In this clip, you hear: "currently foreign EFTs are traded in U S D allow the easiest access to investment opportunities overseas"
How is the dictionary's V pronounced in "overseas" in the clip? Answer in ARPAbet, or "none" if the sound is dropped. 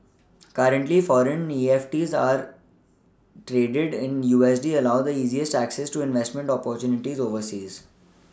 V